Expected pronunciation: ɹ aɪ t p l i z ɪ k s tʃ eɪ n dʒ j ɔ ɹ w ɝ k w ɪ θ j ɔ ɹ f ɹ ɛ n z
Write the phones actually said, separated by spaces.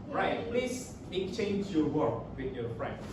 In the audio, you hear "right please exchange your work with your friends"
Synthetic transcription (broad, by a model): ɹ aɪ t p l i s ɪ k tʃ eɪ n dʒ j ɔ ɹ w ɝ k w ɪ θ j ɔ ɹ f ɹ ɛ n